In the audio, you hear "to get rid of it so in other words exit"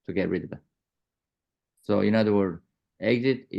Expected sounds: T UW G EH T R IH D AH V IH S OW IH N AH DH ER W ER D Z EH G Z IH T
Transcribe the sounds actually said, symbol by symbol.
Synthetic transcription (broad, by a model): T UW G EH T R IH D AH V S OW IH N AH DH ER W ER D EH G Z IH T